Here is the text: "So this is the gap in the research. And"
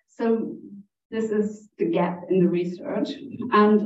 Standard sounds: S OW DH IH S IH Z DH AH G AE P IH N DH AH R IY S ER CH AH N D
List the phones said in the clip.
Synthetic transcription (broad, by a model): S OW DH IH S IH Z DH AH G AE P IH N DH AH R IY S ER CH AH N